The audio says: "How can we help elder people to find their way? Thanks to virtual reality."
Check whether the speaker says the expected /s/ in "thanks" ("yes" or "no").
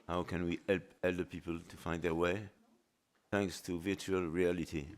yes